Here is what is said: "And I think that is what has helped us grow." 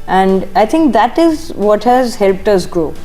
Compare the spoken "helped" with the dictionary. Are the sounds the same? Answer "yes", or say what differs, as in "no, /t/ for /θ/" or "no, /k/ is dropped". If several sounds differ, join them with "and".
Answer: yes